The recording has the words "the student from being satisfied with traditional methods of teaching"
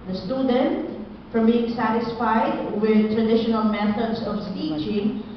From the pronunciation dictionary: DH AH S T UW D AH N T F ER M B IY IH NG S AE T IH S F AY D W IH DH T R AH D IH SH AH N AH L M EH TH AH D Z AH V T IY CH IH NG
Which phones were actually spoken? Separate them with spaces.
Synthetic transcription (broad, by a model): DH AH S T UW D AH N T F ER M B IY IH NG S AE T IH S F AY D W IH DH T R AH D IH SH AH N AH L M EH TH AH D S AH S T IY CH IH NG